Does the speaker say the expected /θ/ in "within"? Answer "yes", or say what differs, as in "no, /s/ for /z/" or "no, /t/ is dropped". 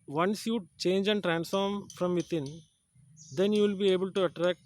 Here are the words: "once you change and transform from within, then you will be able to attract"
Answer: no, /t/ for /θ/